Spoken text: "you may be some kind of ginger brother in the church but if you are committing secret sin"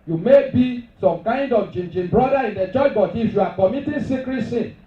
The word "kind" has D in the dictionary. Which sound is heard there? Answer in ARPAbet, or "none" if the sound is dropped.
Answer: D